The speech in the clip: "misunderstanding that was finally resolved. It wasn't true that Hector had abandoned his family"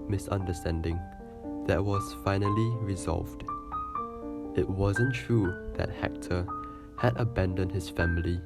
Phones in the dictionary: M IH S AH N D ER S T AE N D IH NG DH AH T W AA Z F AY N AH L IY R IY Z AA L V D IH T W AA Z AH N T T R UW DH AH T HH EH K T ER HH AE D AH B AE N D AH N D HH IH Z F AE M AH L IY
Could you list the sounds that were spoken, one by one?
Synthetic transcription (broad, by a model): M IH S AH N D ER S T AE N D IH NG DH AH T W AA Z F AY N AH L IY R IY Z AA L V D IH T W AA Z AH N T T R UW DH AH T HH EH K T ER HH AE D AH B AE N D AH N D HH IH S F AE M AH L IY